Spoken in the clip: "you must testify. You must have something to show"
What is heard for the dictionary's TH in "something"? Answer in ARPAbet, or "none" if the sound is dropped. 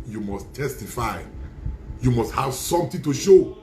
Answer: T